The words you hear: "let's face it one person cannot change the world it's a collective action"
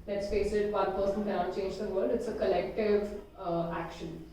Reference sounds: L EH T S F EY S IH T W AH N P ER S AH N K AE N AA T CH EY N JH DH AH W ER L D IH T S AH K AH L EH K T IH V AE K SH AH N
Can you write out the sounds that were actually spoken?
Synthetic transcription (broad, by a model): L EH T S F EY S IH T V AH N P ER S AH N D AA AA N CH EY N JH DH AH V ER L D IH T S AH K AH L EH K T IH V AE K SH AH N